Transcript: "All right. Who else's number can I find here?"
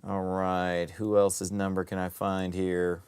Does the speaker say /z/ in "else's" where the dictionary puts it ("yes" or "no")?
yes